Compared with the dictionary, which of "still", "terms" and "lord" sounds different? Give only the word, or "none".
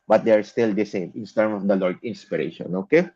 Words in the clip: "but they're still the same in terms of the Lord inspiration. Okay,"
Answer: terms